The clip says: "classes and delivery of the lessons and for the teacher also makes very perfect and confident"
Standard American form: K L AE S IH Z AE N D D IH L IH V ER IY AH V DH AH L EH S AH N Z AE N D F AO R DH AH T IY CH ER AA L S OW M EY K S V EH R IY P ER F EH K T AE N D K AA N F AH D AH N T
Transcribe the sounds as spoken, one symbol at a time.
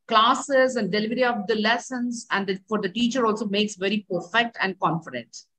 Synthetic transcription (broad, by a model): K L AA S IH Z AE N D D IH L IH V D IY AH V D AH L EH S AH N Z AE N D F AO R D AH T IY CH ER AA L S OW M EY K S V EH R IY P ER F EH K T AE N D K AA N F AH D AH N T